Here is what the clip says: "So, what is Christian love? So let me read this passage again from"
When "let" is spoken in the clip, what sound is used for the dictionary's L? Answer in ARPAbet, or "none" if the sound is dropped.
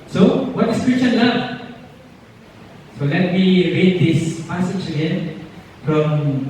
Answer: L